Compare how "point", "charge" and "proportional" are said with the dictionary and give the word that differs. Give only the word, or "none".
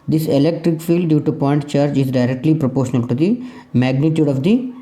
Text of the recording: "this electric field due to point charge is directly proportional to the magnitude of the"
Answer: none